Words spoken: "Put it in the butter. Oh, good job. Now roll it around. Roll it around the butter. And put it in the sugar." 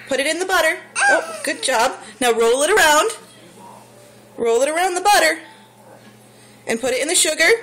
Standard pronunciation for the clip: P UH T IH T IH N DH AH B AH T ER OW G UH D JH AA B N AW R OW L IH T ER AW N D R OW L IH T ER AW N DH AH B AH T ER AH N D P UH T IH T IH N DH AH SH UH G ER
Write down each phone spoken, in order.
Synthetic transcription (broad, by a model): P UH T IH T IH N DH AH B AH T ER OW G UH D JH AA B N AW R OW L IH T ER AW N D R OW L IH T ER AW N DH AH B AH T ER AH N P UH T IH T IH N DH AH SH UH G ER